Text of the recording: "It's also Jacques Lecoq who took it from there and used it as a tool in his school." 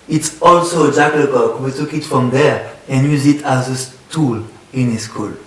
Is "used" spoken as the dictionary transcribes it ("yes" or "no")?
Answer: no